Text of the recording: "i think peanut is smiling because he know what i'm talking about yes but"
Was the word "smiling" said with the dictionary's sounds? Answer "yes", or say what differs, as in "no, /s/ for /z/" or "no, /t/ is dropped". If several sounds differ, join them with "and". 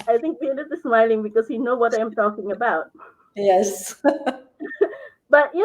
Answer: yes